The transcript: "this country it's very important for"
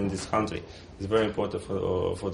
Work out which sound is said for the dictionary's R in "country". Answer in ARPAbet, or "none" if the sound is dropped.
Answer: R